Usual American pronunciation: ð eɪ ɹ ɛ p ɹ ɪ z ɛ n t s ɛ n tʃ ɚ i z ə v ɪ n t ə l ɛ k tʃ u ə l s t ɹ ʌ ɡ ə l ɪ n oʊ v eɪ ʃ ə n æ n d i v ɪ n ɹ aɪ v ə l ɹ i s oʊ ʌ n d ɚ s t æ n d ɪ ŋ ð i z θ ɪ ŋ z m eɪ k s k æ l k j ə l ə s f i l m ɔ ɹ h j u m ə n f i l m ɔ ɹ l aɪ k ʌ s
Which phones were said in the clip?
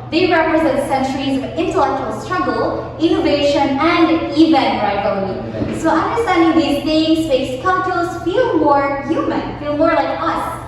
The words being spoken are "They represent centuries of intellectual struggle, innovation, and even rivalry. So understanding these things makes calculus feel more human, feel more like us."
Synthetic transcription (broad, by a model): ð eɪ ɹ ɛ p ɹ ɪ z ɛ n t s ɛ n tʃ ɚ i z ə v ɪ n t ə l ɛ k tʃ u ə l s t ɹ ʌ ɡ ə l ɪ n oʊ v eɪ ʃ ə n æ n d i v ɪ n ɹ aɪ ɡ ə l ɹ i s oʊ ʌ n d ɚ s t æ n d ɪ ŋ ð i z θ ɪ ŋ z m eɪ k s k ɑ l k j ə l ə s f i l m ɔ ɹ h j u m ə n f i l m ɔ ɹ l aɪ k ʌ s